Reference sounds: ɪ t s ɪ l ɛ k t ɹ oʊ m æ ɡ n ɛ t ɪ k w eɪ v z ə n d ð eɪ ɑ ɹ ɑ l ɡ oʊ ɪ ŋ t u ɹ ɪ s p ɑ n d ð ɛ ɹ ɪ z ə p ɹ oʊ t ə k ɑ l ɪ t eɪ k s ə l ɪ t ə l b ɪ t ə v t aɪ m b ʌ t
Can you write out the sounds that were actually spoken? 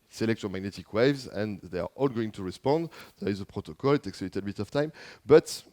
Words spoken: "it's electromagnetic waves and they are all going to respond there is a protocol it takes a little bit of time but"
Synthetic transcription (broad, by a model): s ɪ l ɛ k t oʊ m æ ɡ n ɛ t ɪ k w eɪ v z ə n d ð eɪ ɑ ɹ ɑ l ɡ oʊ ɪ ŋ t u ɹ ɪ s p ɑ n d ð ɛ ɹ ɪ z ə p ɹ oʊ t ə k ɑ l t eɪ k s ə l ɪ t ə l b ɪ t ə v t aɪ m b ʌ t